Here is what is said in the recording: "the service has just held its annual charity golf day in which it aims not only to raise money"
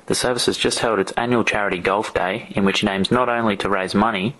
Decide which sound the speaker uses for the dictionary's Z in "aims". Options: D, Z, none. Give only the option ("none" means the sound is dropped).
Z